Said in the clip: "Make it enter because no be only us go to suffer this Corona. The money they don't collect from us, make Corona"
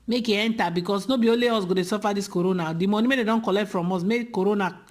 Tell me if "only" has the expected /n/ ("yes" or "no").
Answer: no